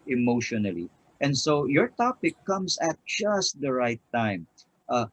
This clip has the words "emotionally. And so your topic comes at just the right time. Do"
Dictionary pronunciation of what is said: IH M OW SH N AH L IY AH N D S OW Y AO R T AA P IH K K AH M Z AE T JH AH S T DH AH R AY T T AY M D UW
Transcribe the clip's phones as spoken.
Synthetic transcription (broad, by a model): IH M OW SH N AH L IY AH N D S OW Y AO R T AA P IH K K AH M S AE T JH AH S T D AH R AY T T AY M